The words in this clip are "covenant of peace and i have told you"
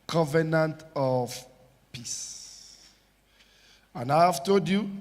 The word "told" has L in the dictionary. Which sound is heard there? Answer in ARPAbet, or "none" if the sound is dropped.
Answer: none